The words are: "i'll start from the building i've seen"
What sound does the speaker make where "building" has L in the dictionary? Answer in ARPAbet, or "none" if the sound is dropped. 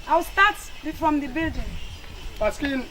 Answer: L